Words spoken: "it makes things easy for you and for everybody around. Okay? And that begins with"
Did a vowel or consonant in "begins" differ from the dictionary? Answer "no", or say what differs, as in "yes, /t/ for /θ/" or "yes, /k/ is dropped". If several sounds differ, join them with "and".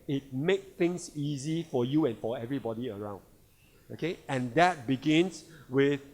yes, /s/ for /z/